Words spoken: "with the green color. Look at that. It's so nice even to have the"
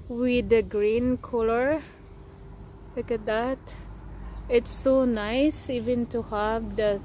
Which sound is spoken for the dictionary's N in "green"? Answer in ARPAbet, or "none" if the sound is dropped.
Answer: N